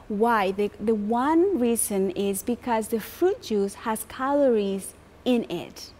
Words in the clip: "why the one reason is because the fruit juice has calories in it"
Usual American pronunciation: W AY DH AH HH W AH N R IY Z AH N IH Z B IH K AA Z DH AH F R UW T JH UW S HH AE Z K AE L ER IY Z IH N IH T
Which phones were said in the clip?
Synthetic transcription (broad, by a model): W AY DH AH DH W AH N R IY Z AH N IH Z B IH K AA Z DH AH F R UW T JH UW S HH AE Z K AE L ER IY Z IH N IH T